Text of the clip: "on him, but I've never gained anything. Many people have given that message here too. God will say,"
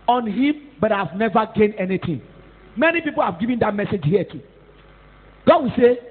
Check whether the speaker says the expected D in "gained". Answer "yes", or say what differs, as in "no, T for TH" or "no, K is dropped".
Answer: no, D is dropped